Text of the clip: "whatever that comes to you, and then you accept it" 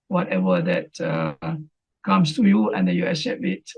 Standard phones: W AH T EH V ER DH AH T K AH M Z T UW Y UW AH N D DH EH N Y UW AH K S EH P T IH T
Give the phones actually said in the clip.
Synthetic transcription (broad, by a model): W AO T EH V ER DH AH T K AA M S T UW Y UW AH N D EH N Y UW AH S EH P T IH T